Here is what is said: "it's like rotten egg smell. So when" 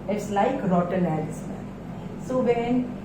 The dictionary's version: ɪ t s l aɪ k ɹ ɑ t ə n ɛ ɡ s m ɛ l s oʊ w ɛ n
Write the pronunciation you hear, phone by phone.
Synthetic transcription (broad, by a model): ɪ t s l aɪ k ɹ ɑ t ə n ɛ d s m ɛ n s oʊ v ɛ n